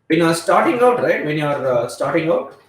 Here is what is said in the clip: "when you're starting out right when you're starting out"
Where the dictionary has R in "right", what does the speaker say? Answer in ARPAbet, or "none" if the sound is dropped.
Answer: R